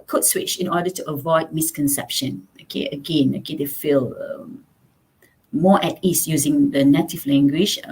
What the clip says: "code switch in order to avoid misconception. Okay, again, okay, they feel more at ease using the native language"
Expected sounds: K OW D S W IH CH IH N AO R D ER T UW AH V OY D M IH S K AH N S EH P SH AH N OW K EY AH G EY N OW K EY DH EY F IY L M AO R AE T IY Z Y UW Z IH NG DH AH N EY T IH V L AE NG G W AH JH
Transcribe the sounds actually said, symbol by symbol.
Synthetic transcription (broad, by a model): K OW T S W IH CH IH N AO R D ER T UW AH V OY D M IH S K AH N S EH P SH AH N OW K EY AH G EY N OW K EY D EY F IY L M AO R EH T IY S Y UW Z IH NG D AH N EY T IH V L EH NG G W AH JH